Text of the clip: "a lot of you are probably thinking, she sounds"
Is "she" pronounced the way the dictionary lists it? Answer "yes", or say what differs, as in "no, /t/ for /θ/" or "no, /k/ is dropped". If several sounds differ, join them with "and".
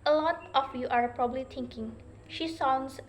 yes